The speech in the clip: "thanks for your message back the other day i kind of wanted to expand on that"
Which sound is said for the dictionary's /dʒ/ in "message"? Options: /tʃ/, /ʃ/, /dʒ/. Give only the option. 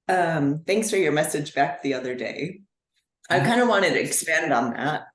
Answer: /dʒ/